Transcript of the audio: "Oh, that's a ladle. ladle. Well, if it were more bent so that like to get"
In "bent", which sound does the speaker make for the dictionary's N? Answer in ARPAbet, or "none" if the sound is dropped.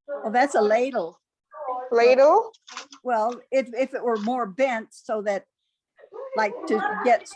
N